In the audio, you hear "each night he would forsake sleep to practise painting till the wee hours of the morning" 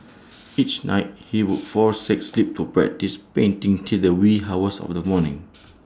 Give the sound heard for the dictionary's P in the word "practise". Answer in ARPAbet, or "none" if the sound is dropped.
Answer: B